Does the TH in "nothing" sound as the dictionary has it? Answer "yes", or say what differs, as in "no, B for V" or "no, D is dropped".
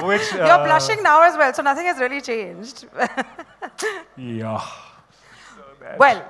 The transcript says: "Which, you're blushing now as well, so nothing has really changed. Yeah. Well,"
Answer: no, T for TH